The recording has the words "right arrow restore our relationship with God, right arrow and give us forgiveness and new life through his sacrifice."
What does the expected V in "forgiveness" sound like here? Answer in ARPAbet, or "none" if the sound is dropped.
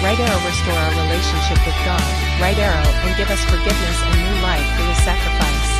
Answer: V